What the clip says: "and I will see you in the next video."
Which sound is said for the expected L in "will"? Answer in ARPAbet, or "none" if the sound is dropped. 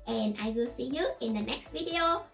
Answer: L